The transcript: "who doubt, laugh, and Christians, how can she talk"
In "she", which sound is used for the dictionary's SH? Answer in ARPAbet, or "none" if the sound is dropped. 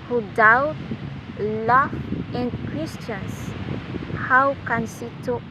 S